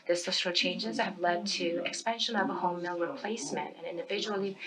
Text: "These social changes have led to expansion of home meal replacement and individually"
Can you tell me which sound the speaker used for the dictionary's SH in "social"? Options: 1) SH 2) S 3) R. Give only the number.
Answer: 2